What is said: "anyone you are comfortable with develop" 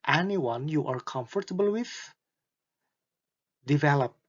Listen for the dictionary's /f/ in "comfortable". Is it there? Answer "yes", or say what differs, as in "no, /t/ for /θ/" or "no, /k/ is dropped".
yes